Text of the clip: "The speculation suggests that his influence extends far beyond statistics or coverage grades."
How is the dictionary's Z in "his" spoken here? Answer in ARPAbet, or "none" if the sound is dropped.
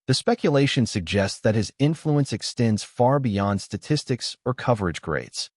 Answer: Z